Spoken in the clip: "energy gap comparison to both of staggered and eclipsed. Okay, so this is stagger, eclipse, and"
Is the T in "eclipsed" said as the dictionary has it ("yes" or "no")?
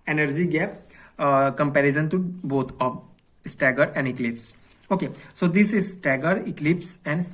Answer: no